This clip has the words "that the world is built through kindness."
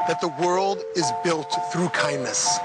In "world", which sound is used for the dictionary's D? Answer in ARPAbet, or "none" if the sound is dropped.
D